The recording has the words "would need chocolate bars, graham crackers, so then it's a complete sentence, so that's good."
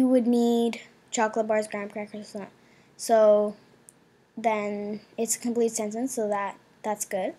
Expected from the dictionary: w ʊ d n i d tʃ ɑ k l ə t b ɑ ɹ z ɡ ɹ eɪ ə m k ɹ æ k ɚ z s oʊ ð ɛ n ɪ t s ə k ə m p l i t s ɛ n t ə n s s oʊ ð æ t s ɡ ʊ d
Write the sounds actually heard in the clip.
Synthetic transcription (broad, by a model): w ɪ d n i d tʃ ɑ k l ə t b ɑ ɹ z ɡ ɹ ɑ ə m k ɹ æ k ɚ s s oʊ ð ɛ n ɪ t s ə k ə m p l i t s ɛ n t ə n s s oʊ ð æ t s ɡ ʊ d